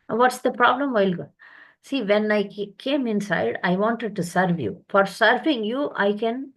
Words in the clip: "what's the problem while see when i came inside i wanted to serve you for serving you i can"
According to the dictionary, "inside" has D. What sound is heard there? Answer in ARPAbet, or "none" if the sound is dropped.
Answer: D